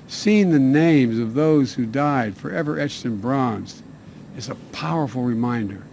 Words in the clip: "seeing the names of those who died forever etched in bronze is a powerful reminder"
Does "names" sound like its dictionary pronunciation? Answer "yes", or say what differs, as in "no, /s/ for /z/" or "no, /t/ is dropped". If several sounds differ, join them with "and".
yes